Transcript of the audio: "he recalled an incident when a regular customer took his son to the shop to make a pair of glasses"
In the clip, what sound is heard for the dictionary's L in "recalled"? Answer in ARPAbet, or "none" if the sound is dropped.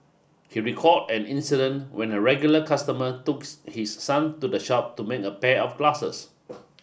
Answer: none